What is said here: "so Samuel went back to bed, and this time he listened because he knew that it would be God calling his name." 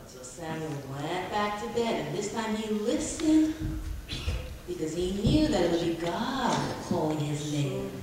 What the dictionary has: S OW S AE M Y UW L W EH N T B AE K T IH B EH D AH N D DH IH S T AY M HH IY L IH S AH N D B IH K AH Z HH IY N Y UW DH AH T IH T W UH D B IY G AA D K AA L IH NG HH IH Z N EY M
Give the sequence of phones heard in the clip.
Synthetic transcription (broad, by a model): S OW S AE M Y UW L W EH T B AE K T IH B EH D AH N DH IH S T AY M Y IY L IH S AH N B IH K AH Z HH IY N Y UW DH AH T IH T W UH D B IY G AA D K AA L IH NG IH Z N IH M